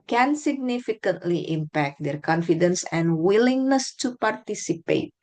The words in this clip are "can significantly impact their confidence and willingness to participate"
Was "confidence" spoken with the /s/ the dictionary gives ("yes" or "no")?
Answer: yes